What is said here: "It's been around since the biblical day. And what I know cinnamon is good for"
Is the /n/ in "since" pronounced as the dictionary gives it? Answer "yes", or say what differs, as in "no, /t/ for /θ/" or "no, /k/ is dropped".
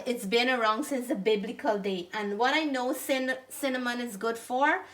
yes